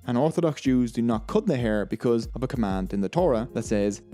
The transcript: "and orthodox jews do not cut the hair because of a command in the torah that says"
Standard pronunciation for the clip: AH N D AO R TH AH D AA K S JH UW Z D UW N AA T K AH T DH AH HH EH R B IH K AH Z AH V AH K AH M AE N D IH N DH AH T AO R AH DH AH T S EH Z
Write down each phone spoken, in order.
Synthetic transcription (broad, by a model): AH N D AO R TH AH D AA K S JH UW Z D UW N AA T K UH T DH AH HH EH R B IH K AH Z AH V AH K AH M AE N D IH N DH AH T AO R AH DH AH T S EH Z